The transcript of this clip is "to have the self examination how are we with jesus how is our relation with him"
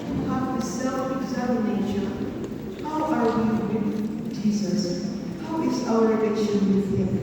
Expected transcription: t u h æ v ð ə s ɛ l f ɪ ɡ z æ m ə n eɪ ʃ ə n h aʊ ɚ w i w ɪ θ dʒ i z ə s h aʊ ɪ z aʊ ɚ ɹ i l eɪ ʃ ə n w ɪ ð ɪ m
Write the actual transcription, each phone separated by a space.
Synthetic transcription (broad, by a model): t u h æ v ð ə s ɛ l f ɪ ɡ z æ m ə n eɪ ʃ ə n h aʊ ɚ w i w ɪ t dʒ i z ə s h aʊ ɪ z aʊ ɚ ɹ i n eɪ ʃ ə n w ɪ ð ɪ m